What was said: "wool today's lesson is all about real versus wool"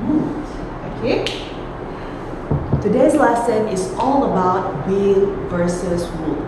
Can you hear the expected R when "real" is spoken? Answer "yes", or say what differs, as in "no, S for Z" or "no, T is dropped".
no, W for R